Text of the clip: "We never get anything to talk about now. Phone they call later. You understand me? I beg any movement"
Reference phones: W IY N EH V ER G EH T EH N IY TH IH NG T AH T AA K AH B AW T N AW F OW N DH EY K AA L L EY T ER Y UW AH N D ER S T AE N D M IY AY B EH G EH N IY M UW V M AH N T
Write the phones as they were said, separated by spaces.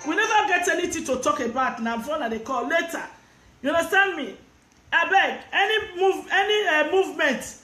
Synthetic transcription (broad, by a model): W IY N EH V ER G EH T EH N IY T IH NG T AH T AA K AH B AW T N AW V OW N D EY K AA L L EY T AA Y UW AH N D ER S T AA N D M IY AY B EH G EH N IY M UW V M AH N T